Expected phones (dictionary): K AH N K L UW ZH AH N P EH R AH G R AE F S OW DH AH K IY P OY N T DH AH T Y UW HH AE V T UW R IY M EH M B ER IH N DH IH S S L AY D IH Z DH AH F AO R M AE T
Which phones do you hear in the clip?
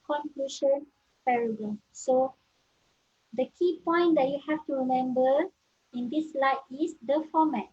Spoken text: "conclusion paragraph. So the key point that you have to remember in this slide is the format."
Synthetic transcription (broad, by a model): K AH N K L UW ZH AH N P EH R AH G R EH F S OW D AH K IY P OY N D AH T Y UW HH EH F T UW R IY M EH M B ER IH N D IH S S L AY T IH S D AH F AO M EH T